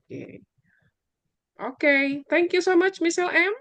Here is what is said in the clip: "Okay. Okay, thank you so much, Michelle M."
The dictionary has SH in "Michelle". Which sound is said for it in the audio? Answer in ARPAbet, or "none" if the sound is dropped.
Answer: S